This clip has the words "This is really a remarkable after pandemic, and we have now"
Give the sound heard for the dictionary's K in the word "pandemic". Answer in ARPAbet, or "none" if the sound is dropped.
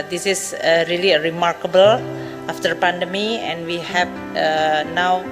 none